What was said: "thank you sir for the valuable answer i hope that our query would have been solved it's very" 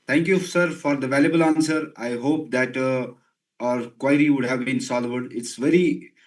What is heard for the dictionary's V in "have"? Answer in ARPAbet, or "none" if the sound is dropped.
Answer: V